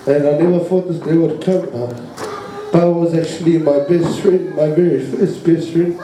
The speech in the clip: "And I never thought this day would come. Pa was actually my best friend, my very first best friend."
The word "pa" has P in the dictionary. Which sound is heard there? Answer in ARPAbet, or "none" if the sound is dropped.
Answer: B